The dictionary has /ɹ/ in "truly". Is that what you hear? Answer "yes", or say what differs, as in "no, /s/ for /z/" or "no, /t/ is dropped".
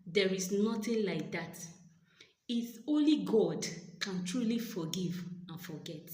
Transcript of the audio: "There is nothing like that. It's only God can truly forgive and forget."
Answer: yes